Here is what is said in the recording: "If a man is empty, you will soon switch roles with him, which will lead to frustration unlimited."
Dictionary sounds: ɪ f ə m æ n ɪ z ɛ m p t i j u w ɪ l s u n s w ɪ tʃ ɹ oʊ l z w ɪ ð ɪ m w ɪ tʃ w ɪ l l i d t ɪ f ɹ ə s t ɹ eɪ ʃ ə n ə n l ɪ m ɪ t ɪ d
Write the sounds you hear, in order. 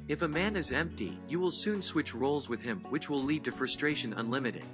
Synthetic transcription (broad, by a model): ɪ f ə m æ n ɪ z ɛ m p t i j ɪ w ɪ l s u n s w ɪ tʃ ɹ oʊ l z w ɪ ð ɪ m w ɪ tʃ w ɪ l l i d t ɪ f ɹ ə s t ɹ eɪ ʃ ə n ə n l ɪ m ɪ t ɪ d